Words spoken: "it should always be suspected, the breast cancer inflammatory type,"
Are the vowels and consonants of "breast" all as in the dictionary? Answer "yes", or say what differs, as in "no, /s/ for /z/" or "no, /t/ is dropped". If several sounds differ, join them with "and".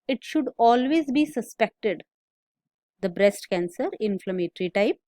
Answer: yes